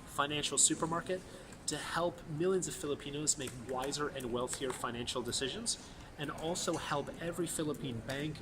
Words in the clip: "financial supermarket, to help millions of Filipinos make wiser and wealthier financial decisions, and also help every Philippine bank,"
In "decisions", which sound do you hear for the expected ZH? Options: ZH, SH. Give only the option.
ZH